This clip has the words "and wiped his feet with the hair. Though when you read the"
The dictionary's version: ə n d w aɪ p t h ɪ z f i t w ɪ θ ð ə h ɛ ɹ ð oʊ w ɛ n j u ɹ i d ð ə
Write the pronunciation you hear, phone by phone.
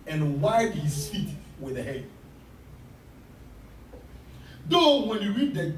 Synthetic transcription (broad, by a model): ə n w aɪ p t h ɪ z f i t w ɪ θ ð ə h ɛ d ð oʊ w ɛ n j u ɹ i d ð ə